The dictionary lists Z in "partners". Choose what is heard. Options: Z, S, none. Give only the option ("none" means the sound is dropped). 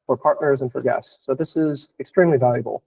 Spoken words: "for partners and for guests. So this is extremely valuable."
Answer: Z